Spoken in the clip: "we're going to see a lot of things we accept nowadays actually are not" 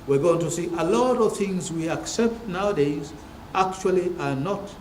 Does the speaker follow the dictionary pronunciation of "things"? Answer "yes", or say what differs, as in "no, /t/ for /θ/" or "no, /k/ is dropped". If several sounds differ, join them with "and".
yes